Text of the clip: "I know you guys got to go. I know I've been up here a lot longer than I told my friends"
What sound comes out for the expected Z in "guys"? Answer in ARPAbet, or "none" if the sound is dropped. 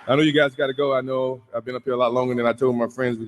Z